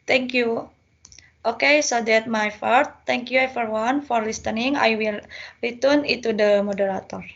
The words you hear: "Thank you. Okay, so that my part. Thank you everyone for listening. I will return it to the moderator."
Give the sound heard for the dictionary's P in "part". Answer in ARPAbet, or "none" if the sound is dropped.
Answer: F